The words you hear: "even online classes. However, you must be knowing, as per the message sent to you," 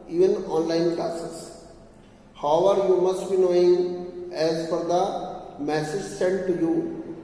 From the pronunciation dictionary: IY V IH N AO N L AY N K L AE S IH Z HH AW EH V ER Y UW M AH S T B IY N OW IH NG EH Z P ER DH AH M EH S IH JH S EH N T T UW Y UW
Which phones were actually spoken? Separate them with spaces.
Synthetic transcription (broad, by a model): IY V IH N AO N L AY N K L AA S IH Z HH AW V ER Y UW M AH S T B IY N OW IH NG EH Z F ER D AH M EH S IH JH S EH N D T UW Y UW